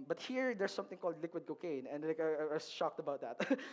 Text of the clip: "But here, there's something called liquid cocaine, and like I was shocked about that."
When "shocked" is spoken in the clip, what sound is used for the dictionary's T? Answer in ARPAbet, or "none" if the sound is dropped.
T